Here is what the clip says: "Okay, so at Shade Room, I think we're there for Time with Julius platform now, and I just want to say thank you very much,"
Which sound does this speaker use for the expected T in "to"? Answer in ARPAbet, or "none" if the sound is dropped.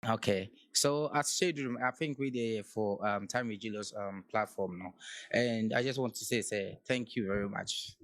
S